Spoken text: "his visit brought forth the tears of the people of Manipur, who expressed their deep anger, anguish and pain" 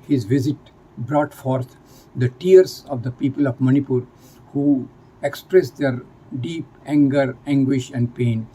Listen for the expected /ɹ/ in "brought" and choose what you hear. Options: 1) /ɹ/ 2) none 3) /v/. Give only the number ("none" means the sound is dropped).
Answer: 1